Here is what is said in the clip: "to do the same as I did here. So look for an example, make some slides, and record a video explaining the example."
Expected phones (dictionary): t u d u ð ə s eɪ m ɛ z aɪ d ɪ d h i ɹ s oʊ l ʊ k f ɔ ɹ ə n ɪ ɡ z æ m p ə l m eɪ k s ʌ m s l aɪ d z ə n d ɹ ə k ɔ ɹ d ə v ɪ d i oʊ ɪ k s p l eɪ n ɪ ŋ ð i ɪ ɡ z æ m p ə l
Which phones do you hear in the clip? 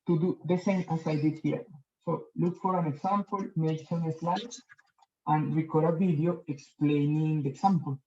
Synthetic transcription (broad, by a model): t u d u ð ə s eɪ m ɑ s aɪ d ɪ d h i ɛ s oʊ l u k f ɔ ɹ ə n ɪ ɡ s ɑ m p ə l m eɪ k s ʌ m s l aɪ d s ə n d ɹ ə k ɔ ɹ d ə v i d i oʊ ɪ k s p l eɪ n ɪ ŋ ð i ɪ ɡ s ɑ m p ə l